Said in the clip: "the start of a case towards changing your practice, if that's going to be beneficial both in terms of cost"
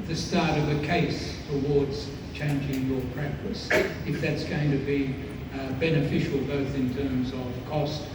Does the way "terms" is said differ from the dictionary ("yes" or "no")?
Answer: no